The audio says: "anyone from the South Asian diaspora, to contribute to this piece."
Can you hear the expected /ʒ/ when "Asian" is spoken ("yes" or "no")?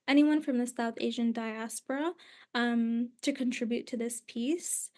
yes